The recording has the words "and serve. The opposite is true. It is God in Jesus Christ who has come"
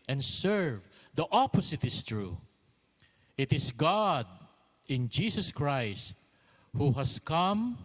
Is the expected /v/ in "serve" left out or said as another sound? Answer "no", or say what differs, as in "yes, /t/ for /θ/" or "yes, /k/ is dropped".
no